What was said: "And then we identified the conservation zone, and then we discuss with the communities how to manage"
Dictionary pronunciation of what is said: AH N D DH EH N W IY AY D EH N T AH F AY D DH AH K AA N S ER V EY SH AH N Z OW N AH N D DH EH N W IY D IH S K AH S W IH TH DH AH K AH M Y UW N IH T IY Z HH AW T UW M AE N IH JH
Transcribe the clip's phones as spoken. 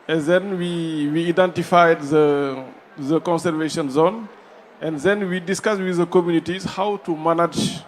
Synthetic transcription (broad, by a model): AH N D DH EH N W IY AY D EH N T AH F AY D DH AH K AA N S ER V EY SH AH N Z OW N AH N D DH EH N W IY D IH S K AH S W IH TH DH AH K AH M Y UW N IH T IY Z HH AW T UW M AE N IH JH